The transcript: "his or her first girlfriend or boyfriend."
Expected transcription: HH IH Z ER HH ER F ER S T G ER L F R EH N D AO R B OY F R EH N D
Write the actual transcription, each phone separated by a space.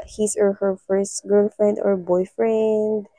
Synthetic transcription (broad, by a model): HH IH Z ER HH ER F ER S T G ER L F R EH N D AO R B OY F R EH N D